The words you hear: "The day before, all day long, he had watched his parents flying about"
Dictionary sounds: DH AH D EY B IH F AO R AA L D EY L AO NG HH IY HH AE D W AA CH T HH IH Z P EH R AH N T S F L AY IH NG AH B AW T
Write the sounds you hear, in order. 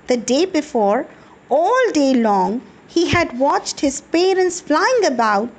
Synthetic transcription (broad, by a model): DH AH D EY B IH F AO R AA L D EY L AO NG HH IY HH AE D W AA CH T HH IH Z P EH R AH N T S F L AY IH NG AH B AW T